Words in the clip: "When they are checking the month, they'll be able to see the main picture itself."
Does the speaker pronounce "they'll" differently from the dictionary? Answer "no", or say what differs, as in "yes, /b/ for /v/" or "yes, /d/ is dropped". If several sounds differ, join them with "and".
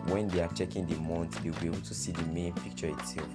yes, /w/ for /l/